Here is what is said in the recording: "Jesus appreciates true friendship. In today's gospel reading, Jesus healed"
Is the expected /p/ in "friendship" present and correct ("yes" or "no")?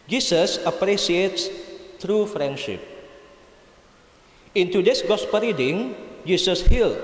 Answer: yes